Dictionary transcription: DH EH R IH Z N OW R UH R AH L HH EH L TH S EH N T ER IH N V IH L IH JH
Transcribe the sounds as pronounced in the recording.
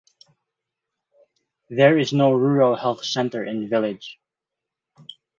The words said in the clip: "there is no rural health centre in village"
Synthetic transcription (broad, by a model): DH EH R IH Z N OW R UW R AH L HH EH L TH S EH N T ER IH N V IH L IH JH